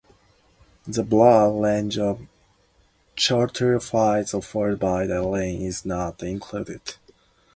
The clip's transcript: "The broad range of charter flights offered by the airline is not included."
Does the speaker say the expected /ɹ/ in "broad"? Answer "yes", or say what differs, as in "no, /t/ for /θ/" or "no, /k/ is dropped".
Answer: no, /l/ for /ɹ/